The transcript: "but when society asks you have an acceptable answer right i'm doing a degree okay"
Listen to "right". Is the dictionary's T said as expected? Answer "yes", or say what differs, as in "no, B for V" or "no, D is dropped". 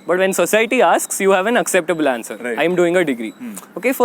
no, T is dropped